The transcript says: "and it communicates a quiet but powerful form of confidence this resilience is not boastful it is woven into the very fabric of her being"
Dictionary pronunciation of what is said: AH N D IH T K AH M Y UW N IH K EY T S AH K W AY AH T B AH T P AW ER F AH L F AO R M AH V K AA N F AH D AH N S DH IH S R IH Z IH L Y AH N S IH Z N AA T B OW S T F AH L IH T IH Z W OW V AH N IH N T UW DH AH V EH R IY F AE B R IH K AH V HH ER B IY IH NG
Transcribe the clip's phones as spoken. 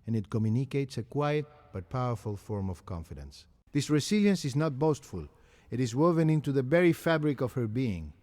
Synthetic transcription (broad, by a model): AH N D IH T K AH M Y UW N IH K EY T S AH K W AY AH T B AH T P AW ER F AH L F AO R M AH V K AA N F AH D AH N S DH IH S R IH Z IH L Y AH N S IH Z N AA T B OW S T F AH L IH T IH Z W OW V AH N IH N T UW DH AH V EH R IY F AE B R IH K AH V HH ER B IY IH NG